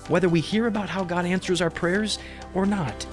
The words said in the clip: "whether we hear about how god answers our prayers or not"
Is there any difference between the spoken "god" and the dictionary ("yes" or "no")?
no